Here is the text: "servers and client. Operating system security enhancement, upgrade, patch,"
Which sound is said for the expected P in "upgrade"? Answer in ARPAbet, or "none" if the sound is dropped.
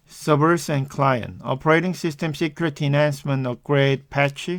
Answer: none